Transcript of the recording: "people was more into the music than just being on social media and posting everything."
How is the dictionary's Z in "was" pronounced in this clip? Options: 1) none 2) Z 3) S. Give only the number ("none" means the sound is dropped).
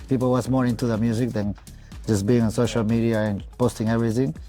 3